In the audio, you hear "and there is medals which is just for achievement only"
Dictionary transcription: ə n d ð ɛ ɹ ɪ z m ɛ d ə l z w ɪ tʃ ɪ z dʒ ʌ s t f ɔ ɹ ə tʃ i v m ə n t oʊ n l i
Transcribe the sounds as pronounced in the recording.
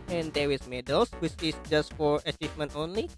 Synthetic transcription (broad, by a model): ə n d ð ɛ w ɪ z m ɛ d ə l s w ɪ tʃ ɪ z dʒ ʌ s t f ɔ ɹ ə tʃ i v m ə n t oʊ n l i